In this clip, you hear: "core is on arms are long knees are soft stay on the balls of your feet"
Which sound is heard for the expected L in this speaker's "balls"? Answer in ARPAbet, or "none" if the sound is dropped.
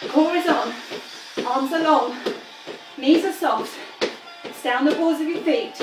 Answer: none